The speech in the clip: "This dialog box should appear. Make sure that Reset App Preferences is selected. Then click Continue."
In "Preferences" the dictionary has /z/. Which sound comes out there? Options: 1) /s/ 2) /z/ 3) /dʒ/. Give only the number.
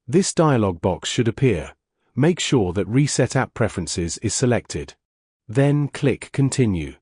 2